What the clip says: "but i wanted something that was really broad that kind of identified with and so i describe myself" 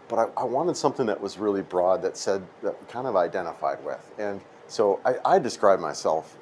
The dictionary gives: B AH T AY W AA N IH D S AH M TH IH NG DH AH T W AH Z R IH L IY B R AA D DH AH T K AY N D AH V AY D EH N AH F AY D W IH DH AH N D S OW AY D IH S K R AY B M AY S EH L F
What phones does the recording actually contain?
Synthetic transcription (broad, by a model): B AH T AY W AA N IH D S AH M TH IH NG DH AH T W AH Z R IH L IY B R AA D DH AH T K AY N D AH V AY D EH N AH F AY D W IH DH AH N S OW AY D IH S K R AY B M AY S EH L F